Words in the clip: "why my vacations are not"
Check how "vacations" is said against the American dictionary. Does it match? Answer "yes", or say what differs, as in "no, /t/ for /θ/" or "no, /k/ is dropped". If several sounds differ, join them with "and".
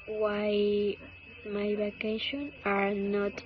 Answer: no, /z/ is dropped